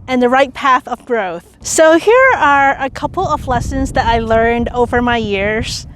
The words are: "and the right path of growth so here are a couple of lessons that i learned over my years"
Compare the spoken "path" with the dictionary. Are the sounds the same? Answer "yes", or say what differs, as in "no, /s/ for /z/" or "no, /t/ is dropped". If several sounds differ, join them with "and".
yes